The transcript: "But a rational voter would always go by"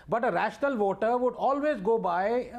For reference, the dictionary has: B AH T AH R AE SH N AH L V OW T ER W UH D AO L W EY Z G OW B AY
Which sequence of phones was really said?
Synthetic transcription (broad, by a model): B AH T AH R AE SH N AH L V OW T ER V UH D AO L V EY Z G OW B AY